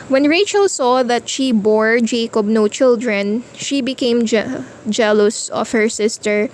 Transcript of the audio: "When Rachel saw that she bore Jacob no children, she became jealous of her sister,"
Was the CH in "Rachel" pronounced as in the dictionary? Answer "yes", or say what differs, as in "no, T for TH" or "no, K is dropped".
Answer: yes